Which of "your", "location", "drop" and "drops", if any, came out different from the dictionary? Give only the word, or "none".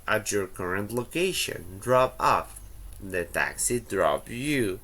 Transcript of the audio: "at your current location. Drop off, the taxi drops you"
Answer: drops